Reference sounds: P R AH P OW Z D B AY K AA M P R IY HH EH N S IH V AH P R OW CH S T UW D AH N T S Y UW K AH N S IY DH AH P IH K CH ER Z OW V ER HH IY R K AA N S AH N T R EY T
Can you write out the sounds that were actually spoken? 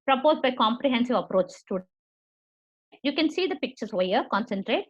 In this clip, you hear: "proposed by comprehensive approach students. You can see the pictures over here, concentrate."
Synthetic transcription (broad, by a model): P R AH P OW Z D B AY K AA M P R IY HH EH N S IH V AH P R OW CH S T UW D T Y UW K AH N S IY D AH P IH K CH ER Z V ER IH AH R K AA N S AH N T R EY T